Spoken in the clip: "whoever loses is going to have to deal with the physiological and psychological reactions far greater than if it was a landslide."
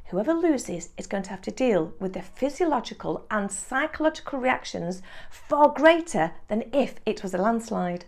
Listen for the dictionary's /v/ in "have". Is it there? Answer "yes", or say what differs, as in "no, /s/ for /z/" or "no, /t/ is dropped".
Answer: no, /f/ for /v/